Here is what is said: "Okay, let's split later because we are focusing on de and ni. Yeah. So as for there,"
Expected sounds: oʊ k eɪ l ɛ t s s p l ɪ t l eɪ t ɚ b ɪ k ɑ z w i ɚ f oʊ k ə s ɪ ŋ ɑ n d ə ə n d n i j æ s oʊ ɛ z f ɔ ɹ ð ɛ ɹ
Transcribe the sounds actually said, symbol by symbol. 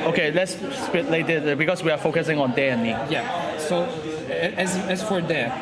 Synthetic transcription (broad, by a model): oʊ k eɪ l ɛ t s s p ɪ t l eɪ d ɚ b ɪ k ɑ s w i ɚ f oʊ k ə s ɪ ŋ ɑ n d ə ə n n i j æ s oʊ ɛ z f ɔ ɹ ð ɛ